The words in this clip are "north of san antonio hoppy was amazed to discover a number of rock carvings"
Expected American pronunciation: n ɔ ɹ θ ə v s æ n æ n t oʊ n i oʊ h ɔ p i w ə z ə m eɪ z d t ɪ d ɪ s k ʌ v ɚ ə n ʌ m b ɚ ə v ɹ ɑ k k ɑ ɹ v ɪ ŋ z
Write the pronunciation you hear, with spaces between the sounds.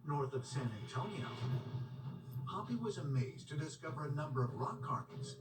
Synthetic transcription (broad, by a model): n ɔ ɹ θ ə v s æ n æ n t oʊ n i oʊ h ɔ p i w ə z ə m eɪ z t ɪ d ɪ s k ʌ v ɚ ə n ʌ m b ɚ ə v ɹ ɑ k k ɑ ɹ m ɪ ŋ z